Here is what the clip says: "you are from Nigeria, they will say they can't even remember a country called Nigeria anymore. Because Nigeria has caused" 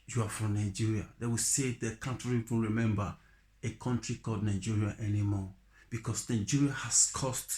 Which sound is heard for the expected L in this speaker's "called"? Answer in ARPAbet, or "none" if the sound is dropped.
none